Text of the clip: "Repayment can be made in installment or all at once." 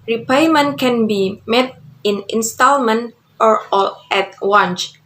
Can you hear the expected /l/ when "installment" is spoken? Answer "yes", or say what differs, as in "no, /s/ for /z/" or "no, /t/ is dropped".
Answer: yes